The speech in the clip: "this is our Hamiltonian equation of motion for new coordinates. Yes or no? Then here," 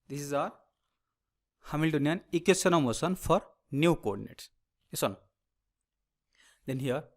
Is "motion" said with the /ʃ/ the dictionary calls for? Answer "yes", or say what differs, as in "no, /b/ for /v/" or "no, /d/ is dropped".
no, /s/ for /ʃ/